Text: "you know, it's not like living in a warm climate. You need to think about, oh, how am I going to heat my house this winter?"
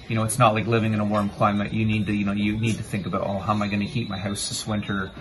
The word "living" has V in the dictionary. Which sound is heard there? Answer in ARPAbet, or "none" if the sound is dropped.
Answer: V